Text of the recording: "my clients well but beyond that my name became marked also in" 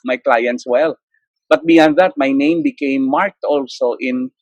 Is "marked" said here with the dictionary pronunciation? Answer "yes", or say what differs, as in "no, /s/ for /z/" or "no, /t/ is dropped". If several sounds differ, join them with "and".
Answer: yes